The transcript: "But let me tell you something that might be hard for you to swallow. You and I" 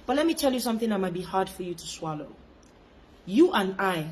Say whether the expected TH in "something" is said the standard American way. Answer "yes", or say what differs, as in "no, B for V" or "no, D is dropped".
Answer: yes